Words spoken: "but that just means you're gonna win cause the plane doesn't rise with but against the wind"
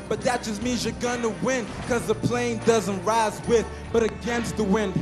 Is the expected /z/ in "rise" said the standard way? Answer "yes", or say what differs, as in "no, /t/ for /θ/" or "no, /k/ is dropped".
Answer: yes